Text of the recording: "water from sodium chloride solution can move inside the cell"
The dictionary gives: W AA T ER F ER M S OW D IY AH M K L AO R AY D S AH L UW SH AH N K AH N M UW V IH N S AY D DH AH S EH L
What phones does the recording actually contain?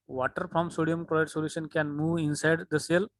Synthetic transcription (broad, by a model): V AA T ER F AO M S OW D IY AH M K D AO IH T S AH L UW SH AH N K AH N M UW V IH N S AY D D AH S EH L